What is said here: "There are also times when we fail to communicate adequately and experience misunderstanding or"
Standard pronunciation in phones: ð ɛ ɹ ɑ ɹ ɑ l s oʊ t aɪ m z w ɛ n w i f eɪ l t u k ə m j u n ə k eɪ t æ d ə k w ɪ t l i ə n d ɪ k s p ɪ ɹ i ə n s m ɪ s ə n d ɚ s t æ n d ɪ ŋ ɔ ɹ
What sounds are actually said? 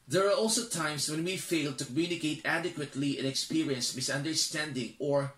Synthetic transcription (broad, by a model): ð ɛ ɹ ɑ ɹ ɑ l s oʊ t aɪ m s w ɛ n w i f eɪ l t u k ə m j u n ə k eɪ t æ d ə k w ɪ t l i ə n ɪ k s p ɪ ɹ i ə n s m ɪ s ə n d ɚ s t æ n d ɪ ŋ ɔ ɹ